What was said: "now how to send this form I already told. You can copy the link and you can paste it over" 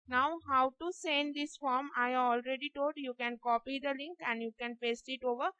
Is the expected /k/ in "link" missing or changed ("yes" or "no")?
no